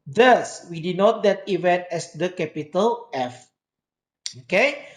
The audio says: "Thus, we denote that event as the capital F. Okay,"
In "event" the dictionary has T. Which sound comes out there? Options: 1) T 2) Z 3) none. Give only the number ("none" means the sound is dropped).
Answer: 1